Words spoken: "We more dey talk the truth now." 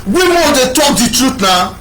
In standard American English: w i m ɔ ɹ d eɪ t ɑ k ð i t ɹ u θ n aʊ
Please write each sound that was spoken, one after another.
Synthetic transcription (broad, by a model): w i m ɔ d eɪ t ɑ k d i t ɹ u t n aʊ